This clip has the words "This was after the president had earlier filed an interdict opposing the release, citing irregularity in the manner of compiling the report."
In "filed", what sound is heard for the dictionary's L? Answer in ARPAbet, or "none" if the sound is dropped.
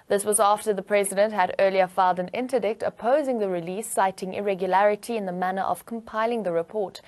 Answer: L